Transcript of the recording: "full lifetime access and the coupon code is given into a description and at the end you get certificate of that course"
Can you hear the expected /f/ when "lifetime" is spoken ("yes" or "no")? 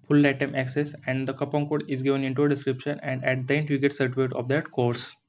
no